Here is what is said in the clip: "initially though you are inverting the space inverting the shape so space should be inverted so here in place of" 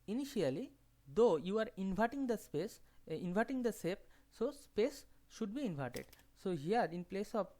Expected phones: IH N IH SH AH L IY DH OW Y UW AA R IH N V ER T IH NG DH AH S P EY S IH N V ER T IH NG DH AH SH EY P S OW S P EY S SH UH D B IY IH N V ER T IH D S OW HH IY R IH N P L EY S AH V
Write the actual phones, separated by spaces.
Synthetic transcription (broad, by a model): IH N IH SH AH L IY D OW Y UW AA R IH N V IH T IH NG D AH S P EY S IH N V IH T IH NG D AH S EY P S OW S P EY S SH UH D B IY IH N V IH T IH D S OW HH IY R IH N P L EY S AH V